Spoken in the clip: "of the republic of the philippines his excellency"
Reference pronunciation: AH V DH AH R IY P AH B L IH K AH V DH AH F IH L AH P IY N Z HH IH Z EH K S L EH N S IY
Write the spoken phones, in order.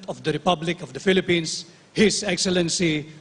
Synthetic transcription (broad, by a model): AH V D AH R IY P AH B L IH K AH V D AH F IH L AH P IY N S HH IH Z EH K S L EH N S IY